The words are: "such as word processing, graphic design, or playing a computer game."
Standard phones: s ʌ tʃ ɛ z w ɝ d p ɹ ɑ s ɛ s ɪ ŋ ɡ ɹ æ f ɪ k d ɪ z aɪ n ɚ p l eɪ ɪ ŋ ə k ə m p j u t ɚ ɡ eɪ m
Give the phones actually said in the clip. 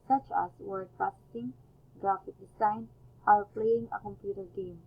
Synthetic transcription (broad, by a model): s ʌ tʃ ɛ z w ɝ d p ɑ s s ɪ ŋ ɡ ɹ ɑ f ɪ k d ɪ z aɪ n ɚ p l eɪ ɪ ŋ ə k ə m p j u t ɚ ɡ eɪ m